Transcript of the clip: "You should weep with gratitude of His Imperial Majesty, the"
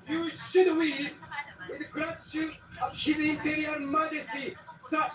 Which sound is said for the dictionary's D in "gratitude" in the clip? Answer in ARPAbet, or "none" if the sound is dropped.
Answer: none